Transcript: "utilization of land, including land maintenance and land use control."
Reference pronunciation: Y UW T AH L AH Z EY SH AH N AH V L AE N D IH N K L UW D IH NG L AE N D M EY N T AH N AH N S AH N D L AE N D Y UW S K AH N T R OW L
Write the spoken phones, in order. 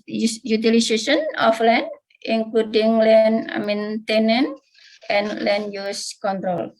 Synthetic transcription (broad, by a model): Y UW T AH L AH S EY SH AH N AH F L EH N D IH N K L UW D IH NG L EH N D M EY N T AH N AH N AH N L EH N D Y UW S K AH N T R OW L